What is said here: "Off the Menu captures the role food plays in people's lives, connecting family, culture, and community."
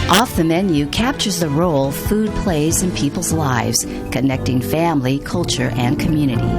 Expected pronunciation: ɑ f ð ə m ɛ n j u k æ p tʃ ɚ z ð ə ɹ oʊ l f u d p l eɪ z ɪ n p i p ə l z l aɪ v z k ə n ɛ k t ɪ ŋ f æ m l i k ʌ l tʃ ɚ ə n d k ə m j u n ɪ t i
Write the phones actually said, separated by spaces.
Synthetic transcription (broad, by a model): ɑ f ð ə m ɛ n j u k æ p tʃ ɚ z ð ə ɹ oʊ l f u d p l eɪ z ɪ n p i p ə l z l aɪ v z k ə n ɛ k t ɪ ŋ f æ m l i k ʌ l tʃ ɚ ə n k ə m j u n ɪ t i